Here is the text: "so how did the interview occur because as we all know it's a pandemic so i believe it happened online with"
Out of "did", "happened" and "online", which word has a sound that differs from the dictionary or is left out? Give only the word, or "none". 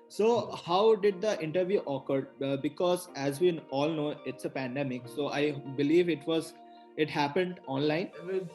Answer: none